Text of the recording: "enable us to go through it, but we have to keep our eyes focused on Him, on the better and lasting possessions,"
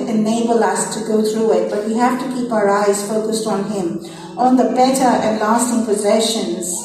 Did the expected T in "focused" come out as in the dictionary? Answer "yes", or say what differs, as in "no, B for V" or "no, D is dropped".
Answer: yes